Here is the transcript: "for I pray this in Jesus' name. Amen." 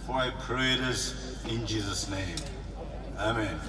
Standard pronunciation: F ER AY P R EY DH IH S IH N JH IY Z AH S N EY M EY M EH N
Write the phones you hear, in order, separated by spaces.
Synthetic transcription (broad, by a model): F AY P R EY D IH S IH N JH IY Z AH S N EY M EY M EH N